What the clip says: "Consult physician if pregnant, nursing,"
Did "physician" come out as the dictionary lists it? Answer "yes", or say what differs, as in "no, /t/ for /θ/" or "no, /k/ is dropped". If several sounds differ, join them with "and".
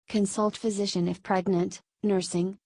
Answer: yes